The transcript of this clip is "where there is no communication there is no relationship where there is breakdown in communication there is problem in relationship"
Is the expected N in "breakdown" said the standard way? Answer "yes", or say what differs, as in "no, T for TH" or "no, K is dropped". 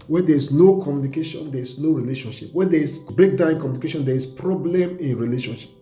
no, N is dropped